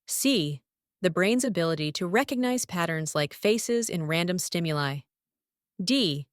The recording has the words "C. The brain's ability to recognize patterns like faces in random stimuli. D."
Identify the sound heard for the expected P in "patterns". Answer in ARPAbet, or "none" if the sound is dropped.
P